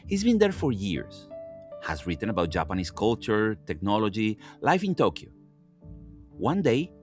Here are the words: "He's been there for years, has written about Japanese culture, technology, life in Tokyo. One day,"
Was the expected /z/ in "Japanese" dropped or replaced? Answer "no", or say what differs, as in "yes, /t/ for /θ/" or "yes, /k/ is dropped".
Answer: yes, /s/ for /z/